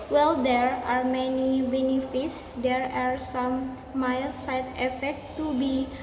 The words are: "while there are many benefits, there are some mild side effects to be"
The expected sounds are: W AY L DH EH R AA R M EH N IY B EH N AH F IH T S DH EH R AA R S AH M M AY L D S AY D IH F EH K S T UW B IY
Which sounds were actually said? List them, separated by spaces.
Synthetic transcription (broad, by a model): W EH L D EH R AA R M EH N IY B EH N AH F IH T S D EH R AA R S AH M M AY L S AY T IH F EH K T UW B IY